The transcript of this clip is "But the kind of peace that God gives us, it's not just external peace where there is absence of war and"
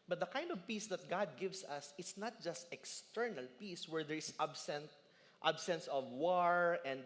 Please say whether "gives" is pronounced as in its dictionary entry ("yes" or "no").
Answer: no